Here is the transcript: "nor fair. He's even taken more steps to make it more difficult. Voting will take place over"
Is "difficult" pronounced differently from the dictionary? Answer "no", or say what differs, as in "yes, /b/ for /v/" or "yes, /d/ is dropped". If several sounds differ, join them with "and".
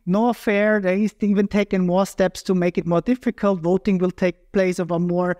no